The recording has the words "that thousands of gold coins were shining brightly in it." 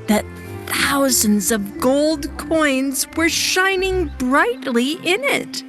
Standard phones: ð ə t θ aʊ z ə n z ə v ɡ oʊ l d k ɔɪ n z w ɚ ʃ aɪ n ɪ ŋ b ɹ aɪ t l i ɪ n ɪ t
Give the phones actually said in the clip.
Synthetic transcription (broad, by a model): ð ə t θ aʊ z ə n z ə v ɡ oʊ l d k ɔɪ n z w ɚ ʃ aɪ n ɪ ŋ b ɹ aɪ t l i ɪ n ɪ t